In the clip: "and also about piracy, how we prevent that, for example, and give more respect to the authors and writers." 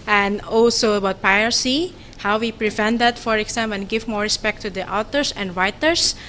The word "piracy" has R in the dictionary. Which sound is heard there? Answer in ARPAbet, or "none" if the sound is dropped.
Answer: none